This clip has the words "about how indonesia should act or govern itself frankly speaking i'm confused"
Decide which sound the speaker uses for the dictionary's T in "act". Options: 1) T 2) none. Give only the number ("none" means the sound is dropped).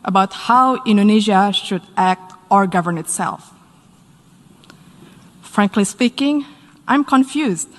1